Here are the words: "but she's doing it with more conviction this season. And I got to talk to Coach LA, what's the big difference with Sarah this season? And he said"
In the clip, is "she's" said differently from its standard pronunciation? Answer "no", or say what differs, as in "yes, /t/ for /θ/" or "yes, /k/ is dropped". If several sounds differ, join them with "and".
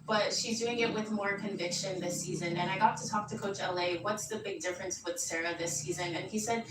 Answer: no